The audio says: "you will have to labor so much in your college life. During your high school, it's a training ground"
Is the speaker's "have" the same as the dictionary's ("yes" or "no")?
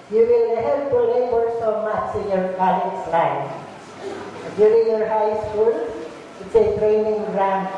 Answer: no